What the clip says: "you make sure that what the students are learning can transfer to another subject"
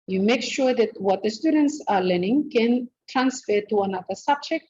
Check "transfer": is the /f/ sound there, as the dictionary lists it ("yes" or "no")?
yes